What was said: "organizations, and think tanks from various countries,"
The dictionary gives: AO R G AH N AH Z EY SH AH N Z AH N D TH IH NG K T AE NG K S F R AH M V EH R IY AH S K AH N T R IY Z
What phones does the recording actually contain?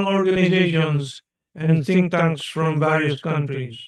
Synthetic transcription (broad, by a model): AO R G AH N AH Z EY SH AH N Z AH N D S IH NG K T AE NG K S F R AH M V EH R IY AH S K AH N T R IY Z